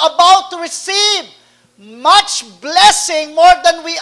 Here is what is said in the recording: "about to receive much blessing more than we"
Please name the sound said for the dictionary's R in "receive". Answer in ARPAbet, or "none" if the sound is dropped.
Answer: R